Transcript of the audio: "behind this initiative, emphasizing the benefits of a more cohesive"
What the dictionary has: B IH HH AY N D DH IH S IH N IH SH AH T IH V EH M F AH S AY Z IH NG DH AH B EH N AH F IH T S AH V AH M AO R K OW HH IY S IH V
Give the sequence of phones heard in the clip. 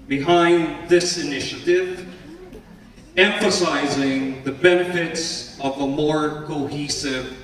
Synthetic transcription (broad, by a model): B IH HH AY N DH IH S IH N IH SH AH T IH V EH M F AH S AY Z IH NG DH AH B EH N AH F IH T S AH V AH M AO R K OW HH IY S IH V